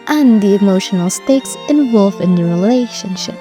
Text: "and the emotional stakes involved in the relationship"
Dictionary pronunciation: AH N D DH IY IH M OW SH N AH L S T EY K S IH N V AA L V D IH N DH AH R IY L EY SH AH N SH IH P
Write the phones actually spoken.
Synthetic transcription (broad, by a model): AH N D DH IY IH M OW SH N AH L S T EY K S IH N V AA L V IH N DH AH R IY L EY SH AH N SH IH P